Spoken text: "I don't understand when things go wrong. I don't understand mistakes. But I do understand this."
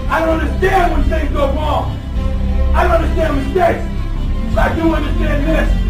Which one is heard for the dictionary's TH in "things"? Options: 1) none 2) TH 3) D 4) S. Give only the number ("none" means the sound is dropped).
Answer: 4